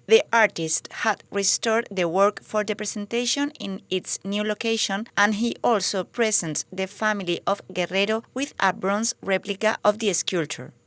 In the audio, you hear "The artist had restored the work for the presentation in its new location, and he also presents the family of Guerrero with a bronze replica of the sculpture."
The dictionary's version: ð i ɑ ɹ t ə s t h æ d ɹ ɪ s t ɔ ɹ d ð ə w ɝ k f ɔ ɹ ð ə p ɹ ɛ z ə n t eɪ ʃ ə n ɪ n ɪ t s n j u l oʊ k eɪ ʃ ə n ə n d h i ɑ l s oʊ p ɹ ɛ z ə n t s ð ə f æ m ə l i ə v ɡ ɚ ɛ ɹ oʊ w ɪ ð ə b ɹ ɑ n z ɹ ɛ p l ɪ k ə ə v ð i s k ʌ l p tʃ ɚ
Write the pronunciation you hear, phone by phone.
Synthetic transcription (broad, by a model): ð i ɑ ɹ t ə s t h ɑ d ɹ ɪ s t ɔ ɹ d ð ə w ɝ k f ɔ ɹ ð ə p ɹ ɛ s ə n t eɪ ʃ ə n ɪ n ɪ t s n j u l oʊ k eɪ ʃ ə n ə n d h i ɑ l s oʊ p ɹ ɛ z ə n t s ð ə f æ m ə l i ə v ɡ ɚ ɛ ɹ oʊ w ɪ ð ə b ɹ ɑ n s ɹ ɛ p l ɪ k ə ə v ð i s k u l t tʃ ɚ